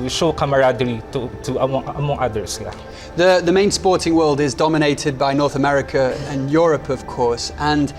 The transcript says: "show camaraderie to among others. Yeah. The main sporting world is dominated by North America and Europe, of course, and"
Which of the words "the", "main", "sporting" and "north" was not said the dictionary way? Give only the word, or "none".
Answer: none